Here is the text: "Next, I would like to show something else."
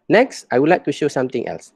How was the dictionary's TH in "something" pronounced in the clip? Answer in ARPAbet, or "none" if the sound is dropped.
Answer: T